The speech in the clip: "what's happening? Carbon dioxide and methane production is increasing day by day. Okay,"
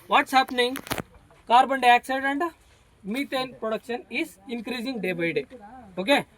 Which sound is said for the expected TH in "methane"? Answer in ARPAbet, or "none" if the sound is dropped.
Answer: T